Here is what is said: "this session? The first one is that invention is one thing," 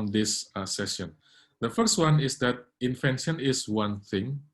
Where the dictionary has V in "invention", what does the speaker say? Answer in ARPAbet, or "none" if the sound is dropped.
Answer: F